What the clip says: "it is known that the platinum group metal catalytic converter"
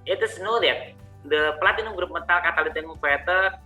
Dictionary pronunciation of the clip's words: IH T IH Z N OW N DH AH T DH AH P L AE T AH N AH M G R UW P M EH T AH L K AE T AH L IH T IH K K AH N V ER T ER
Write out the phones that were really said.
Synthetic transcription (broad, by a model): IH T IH S N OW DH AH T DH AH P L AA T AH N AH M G R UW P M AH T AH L K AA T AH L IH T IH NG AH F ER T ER